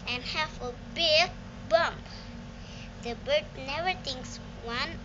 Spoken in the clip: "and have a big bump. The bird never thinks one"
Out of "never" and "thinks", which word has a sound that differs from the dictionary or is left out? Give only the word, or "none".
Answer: thinks